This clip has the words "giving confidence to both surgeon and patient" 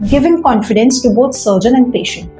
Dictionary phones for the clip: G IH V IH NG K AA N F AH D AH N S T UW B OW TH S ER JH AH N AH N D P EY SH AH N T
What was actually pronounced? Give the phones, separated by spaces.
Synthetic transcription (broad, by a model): G IH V IH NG K AA N F AH D AH N S T UW B OW T S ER JH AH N AH N D P EY SH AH N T